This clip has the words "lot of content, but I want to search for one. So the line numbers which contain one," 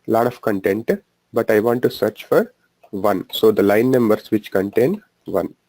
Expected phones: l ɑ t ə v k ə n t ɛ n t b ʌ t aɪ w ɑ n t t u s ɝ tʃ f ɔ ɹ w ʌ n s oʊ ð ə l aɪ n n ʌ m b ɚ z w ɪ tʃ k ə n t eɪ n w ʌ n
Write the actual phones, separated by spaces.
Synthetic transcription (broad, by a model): l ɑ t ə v k ə n t ɛ n t b ʌ t aɪ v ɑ n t t u s ɝ tʃ f ɔ ɹ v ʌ n s oʊ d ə l aɪ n n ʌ m b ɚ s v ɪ tʃ k ə n t eɪ n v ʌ n